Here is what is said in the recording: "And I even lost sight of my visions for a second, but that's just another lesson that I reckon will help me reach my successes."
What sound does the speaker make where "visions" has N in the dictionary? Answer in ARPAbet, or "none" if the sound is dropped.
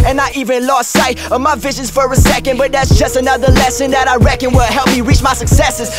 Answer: N